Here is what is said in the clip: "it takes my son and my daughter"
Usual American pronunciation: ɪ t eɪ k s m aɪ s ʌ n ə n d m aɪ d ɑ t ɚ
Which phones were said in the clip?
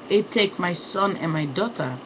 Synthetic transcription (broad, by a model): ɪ t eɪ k m aɪ s ʌ n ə n m aɪ d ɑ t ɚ